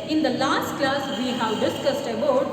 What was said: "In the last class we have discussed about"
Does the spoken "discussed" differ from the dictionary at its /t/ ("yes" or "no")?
no